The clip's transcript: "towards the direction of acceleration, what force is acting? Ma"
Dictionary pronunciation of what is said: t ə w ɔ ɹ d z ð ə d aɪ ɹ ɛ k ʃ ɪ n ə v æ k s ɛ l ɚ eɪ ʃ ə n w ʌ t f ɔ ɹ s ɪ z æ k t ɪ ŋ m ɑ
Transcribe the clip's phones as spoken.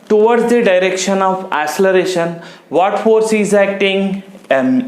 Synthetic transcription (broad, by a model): t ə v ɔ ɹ d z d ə d aɪ ɹ ɛ k ʃ ɪ n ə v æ s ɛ l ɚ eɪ ʃ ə n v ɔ t f ɔ ɹ s ɪ z æ k t ɪ ŋ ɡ